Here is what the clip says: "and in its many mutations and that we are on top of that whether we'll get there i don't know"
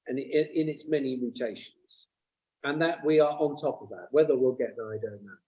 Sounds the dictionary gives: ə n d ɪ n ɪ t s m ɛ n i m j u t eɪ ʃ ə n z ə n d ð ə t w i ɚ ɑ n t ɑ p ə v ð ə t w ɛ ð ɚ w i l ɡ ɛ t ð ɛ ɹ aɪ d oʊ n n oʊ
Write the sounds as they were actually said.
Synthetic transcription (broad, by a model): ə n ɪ ɪ n ɪ t s m ɛ n i m j u t eɪ ʃ ə n z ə n ð ə t w i ɚ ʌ n t ɑ p ə v ð ə t w ɛ ð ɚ w i l ɡ ɛ t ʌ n aɪ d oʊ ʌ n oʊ